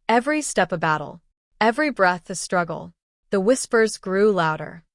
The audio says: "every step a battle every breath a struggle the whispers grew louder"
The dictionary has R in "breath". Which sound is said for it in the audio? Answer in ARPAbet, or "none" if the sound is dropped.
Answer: R